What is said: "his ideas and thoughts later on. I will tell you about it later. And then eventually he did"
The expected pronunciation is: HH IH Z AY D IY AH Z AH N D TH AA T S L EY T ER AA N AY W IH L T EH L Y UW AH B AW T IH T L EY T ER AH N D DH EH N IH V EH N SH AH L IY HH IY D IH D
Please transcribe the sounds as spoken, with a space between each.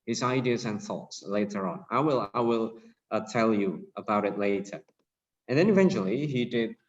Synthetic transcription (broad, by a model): HH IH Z AY D IY AH Z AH N TH AA T S L EY T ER AA L AY W IH L T EH L Y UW AH B AW T IH T L EY T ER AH N DH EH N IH V EH N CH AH L IY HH IY D IH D